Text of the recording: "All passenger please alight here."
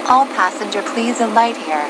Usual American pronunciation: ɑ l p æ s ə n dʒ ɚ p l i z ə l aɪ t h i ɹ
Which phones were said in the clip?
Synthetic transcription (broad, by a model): ɑ l p æ s ə n dʒ ɚ p l i z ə l aɪ t h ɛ ɹ